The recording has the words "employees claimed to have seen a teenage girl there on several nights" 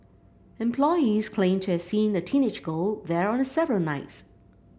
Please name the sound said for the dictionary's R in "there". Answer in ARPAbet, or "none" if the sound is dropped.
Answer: R